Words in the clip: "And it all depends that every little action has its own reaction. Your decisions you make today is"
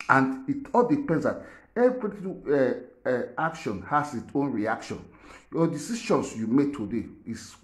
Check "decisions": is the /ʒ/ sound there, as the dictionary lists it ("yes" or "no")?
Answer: no